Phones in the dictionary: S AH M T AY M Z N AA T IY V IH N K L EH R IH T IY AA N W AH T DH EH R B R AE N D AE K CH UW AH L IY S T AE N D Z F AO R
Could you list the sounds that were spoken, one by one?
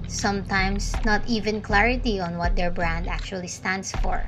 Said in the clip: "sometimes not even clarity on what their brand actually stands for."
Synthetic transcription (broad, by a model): S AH M T AY M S N AA T IY V IH N K L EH R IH T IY AA N W AH T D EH R B R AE N D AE K CH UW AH L IY S T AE N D S F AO R